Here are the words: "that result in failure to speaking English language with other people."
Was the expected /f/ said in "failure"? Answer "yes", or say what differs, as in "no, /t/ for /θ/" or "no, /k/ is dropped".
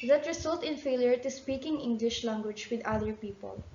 yes